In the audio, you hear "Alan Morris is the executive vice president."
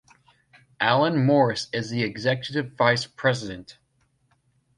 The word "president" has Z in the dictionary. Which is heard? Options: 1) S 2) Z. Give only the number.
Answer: 2